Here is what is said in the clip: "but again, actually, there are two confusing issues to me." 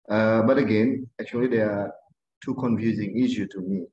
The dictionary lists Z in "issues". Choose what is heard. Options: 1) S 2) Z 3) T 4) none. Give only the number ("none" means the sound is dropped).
4